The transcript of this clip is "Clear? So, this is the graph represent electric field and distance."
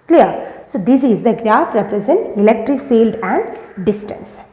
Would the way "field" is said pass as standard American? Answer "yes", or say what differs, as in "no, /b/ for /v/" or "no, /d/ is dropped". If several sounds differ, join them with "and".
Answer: yes